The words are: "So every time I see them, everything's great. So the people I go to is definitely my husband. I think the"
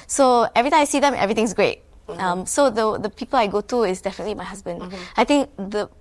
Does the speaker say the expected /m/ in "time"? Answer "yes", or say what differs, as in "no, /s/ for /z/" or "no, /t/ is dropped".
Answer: no, /m/ is dropped